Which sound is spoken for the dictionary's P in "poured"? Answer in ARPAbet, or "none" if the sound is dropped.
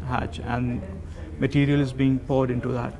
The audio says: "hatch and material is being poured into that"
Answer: P